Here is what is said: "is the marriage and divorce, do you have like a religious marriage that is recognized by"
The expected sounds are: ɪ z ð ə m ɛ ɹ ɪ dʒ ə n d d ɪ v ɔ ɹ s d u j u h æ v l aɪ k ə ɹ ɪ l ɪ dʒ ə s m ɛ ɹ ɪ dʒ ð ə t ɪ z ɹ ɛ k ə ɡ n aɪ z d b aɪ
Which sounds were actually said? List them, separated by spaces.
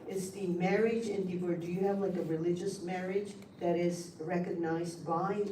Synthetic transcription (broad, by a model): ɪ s ð ə m ɛ ɹ ɪ dʒ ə n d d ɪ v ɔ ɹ d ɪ j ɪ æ v l aɪ k ə ɹ ɪ l ɪ dʒ ə s m ɛ ɹ ɪ dʒ ð ə t ɪ z ɹ ɛ k ə ɡ n aɪ z d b aɪ